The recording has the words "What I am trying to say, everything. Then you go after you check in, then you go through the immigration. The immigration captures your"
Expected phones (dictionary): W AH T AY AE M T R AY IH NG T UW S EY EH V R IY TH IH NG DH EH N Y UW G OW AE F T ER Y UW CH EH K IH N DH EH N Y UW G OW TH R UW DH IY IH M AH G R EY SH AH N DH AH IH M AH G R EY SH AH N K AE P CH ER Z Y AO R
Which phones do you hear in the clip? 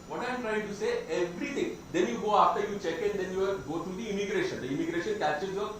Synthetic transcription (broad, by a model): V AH T AY M T R AY IH NG T UW S EY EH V R IY T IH NG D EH N Y UW G OW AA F T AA Y UW CH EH K IH N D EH N Y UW G OW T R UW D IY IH M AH G R EY SH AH N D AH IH M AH G R EY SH AH N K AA CH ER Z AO